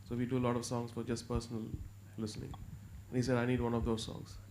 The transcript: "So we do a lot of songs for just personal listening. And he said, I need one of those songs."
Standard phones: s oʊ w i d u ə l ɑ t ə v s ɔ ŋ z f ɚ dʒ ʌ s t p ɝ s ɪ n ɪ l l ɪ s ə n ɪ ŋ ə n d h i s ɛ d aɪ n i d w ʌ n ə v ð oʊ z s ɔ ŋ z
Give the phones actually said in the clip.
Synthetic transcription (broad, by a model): s oʊ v i d u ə l ɑ t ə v s ɔ ŋ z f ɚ dʒ ʌ s t p ɝ s ɪ n ɪ l l ɪ s ə n ɪ ŋ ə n h i s ɛ d aɪ n i d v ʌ n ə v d oʊ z s ɔ ŋ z